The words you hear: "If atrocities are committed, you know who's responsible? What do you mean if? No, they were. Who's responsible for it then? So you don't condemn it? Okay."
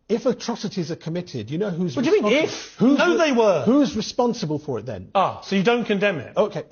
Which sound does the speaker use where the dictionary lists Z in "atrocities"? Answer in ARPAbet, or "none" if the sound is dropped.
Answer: Z